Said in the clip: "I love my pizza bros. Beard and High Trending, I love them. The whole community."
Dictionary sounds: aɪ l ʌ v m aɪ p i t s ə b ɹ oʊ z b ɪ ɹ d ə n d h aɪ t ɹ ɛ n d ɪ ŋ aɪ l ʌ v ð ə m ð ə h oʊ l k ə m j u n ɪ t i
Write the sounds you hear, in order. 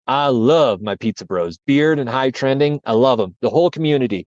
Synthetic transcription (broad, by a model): aɪ l ʌ v m aɪ p i t s ə b ɹ oʊ z b ɪ ɹ d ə n h aɪ t ɹ ɛ n d ɪ ŋ aɪ l ʌ v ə m ð ə h oʊ l k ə m j u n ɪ t i